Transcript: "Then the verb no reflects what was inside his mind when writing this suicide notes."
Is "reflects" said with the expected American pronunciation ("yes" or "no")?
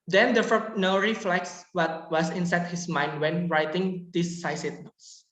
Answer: yes